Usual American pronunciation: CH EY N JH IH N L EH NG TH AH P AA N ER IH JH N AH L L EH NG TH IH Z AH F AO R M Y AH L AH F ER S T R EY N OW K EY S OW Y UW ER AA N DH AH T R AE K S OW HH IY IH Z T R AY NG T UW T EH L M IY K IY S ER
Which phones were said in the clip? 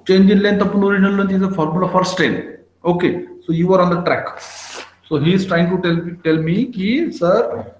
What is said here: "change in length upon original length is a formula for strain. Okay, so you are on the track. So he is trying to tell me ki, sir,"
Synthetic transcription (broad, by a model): CH EY N JH IH N L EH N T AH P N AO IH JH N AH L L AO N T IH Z AH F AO R M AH L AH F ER S T EY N OW K EY S OW Y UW ER AA N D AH T R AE K S OW HH IY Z T R AY NG T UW T EH L M IY K IY S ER